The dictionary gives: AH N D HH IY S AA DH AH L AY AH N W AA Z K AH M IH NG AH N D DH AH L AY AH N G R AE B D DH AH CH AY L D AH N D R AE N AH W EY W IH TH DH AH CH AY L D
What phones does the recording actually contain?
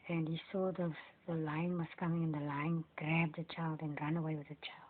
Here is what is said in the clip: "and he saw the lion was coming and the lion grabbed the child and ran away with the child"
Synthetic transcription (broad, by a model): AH N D HH IY S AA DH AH L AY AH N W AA S K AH M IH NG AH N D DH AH L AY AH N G R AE B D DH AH CH AY L D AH N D R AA N AH W EY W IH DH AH CH AY L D